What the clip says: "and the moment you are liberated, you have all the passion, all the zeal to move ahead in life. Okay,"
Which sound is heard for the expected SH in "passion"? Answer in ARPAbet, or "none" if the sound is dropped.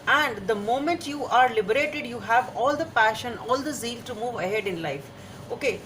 SH